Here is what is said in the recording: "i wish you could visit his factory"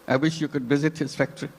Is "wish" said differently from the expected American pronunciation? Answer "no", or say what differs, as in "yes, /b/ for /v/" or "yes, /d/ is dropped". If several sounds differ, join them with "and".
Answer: no